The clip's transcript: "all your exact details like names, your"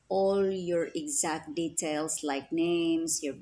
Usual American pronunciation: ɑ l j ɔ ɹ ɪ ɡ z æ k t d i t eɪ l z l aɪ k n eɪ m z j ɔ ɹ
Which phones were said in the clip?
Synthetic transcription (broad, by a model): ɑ l j ɔ ɹ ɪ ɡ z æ k t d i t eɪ l s l aɪ k n eɪ m s j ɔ ɹ